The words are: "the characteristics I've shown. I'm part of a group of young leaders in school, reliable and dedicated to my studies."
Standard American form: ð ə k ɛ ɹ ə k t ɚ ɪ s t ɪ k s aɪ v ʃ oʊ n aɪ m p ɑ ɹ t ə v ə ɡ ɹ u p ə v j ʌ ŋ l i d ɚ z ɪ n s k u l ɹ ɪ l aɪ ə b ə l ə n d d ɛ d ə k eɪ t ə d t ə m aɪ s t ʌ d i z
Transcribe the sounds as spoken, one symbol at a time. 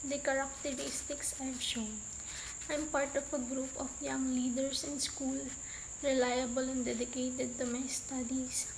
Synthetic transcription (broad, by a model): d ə k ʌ ɹ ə k t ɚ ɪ s t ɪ k s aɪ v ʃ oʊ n aɪ m p ɑ ɹ t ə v ə ɡ ɹ u p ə f j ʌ ŋ l i d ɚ s ɪ n s k u l ɹ ɪ l aɪ ə b ə l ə n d d ɛ d ə k eɪ t ə d t ə m aɪ s t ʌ d i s